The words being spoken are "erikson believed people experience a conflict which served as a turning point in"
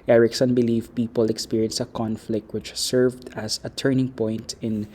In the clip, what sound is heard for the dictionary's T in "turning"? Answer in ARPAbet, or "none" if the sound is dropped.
T